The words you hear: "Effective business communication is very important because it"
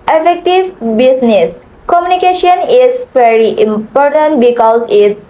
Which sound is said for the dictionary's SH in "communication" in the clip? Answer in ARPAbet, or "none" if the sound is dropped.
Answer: SH